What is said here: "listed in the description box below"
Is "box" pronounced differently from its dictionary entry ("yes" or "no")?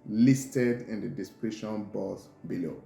yes